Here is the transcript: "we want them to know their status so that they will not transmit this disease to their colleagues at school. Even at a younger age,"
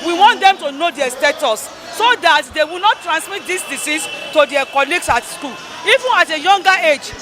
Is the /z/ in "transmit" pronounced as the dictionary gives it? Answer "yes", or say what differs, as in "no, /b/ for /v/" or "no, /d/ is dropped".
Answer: no, /s/ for /z/